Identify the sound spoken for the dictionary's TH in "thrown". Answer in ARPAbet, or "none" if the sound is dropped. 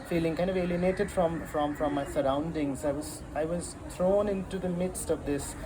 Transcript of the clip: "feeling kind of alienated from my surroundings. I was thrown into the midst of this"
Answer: T